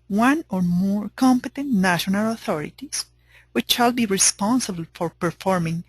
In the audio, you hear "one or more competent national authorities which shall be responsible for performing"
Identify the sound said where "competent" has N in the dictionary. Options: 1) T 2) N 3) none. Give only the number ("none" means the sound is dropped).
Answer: 2